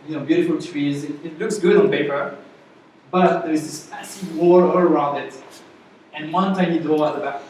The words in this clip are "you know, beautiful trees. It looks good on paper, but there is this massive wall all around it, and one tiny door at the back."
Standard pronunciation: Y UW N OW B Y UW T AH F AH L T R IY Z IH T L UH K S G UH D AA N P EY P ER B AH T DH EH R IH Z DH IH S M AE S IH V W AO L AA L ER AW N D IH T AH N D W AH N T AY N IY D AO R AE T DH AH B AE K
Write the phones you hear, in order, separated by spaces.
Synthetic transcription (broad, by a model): Y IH N OW B Y UW T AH F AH L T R IY Z IH T L UH K S G UH D N P EY P ER B AH T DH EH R IH Z DH IH S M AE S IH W AO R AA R ER AW N D IH T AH N W AH N T AY N IY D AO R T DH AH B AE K